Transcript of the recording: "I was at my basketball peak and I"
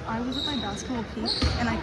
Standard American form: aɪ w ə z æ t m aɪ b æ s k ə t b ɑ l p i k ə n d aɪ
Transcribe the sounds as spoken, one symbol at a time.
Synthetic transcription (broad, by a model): aɪ w ə z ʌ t m aɪ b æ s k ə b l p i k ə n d aɪ